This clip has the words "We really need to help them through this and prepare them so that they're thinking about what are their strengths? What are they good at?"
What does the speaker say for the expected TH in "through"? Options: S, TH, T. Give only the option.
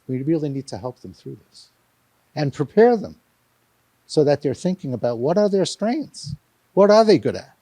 TH